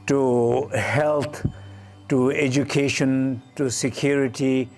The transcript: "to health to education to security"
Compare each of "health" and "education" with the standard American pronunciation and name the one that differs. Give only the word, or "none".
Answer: health